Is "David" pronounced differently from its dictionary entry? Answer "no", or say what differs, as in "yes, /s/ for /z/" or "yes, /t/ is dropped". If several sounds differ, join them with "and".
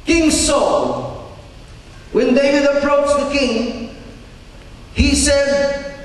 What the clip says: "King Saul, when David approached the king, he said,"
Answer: yes, /v/ is dropped